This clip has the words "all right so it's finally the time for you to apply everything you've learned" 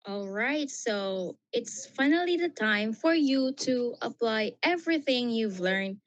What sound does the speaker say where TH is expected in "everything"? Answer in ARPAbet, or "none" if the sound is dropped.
TH